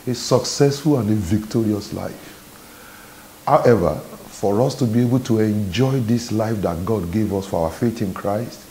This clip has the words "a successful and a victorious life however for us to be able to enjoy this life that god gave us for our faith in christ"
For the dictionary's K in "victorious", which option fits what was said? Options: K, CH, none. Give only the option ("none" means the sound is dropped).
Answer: K